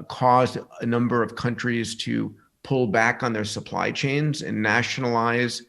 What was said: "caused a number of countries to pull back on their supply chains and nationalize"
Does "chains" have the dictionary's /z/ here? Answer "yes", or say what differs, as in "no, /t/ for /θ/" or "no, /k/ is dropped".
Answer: yes